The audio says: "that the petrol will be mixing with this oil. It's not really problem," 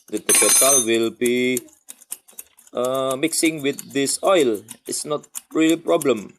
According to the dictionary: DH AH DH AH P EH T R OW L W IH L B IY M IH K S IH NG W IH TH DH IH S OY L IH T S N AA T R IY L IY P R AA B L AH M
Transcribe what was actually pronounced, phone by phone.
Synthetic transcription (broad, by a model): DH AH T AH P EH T OW L W IH L B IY M IH K S IH NG W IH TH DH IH S OY L IH T S N AA T R IY L IY P R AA B L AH M